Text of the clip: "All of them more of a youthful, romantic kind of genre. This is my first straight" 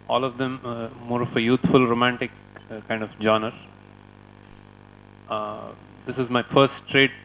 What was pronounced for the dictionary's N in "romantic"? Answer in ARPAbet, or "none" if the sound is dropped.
N